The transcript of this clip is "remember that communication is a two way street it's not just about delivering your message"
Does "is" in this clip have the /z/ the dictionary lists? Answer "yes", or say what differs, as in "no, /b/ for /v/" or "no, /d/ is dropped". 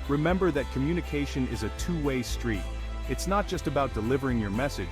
yes